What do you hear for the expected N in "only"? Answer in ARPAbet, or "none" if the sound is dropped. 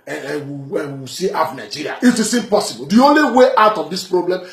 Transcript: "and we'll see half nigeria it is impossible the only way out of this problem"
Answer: N